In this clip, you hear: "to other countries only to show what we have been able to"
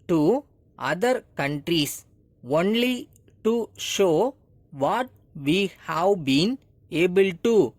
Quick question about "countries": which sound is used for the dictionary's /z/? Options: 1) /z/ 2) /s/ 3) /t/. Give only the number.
2